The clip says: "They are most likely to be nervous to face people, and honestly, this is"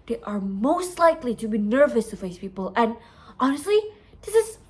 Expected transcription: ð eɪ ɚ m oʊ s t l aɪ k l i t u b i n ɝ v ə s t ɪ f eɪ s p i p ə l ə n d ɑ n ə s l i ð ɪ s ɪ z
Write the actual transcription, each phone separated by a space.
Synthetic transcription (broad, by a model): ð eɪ ɚ m oʊ s t l aɪ k l i t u b i n ɝ v ə s t ɪ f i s p i p ə l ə n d ɑ n ə s l i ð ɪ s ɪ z